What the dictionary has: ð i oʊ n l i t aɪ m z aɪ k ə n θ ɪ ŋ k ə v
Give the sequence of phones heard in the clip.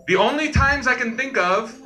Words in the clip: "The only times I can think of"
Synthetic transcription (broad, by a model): ð i oʊ n l i t aɪ m z aɪ k ə n θ ɪ ŋ k ə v